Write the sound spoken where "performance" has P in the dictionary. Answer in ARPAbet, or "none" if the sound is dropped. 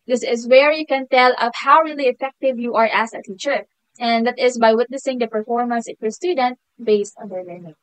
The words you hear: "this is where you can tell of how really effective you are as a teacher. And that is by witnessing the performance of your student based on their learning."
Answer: P